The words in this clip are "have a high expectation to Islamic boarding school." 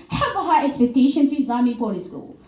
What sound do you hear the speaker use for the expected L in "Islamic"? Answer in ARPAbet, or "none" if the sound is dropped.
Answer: none